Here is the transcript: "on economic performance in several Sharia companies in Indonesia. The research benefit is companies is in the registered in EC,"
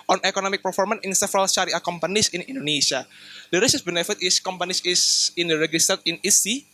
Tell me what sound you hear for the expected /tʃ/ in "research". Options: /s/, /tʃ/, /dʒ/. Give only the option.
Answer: /s/